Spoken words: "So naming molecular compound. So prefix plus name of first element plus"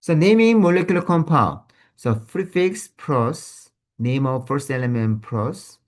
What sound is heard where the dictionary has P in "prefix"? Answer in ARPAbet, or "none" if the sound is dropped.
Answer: F